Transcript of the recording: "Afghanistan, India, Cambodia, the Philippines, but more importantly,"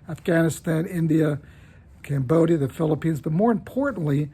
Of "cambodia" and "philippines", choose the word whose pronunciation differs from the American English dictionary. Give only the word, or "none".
none